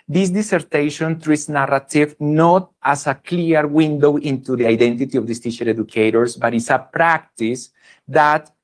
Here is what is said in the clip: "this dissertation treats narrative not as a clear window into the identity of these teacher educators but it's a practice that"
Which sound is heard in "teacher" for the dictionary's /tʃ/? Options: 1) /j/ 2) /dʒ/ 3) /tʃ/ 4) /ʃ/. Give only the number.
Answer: 4